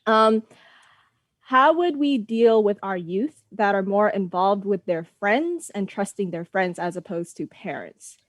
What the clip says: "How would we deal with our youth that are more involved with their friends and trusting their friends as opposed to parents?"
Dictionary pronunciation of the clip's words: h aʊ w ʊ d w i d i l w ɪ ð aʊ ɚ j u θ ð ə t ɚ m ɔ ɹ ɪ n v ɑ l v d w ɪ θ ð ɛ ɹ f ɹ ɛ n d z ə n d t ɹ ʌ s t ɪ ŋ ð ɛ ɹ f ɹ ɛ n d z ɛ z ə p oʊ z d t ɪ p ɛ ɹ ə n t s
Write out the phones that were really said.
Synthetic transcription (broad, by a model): h aʊ w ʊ d w i d i l w ɪ ð aʊ ɚ j u θ ð ə t ɚ m ɔ ɹ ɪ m v ɑ l v d w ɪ ð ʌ ɹ f ɹ ɛ n d z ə n t ɹ ʌ s t ɪ ŋ ð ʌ ɹ f ɹ ɛ n d z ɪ z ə p oʊ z t ɪ p ɛ ɹ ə n t s